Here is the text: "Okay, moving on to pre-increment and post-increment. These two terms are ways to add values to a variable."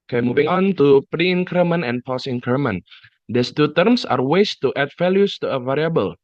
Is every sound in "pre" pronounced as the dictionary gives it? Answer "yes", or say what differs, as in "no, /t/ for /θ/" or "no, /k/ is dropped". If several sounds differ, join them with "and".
yes